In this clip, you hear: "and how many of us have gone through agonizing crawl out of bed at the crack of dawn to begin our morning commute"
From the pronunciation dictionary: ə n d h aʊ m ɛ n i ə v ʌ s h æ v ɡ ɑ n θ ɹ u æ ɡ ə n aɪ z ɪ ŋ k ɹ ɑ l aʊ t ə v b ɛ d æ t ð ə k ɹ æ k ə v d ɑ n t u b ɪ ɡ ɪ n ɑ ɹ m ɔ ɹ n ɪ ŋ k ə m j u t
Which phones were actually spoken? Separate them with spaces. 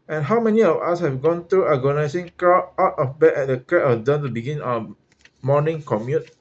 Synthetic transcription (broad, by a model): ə n h aʊ m ɛ n i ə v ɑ s h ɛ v ɡ ɑ n t ɹ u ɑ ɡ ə n aɪ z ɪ ŋ k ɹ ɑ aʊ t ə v b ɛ ɛ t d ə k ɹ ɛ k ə d ɑ n t u b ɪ ɡ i n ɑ m ɔ n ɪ ŋ k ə m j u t